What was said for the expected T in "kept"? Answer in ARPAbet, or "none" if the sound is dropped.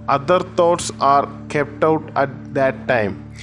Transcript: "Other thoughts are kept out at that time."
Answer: T